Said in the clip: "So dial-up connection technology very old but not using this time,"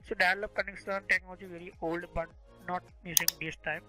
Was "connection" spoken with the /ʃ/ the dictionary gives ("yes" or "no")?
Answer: no